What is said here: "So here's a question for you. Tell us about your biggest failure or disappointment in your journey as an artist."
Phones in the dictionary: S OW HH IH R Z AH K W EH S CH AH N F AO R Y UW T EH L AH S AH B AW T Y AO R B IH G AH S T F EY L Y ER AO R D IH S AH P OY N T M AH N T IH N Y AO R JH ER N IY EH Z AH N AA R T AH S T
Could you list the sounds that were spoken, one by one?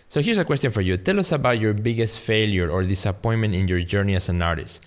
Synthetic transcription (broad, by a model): S OW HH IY R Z AH K W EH S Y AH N F AO R Y UW T EH L AH S AH B AW T Y AO R B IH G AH S T F EY L Y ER AO R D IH S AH P OY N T M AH N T IH N Y AO R JH ER N IY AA S AH N AA R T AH S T